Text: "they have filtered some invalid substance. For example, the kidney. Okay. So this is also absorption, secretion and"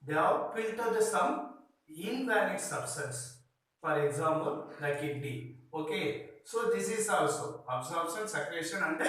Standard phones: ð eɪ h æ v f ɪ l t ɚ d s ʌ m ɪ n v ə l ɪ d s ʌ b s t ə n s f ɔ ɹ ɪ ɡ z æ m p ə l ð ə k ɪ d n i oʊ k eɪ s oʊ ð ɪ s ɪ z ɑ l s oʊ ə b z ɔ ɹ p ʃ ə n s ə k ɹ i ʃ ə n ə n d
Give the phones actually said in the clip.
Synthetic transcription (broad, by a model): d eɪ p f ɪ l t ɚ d s ʌ m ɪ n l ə n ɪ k s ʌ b s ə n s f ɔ ɹ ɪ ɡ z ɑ m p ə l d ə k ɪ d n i oʊ k eɪ s oʊ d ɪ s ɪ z ɑ l s oʊ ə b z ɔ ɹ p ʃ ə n s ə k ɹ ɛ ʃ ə n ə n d